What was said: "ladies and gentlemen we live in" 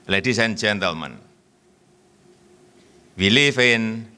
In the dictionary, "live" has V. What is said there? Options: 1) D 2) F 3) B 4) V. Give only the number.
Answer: 2